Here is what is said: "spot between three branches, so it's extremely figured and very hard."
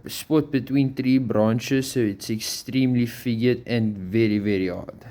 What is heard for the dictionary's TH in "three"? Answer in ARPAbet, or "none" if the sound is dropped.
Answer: T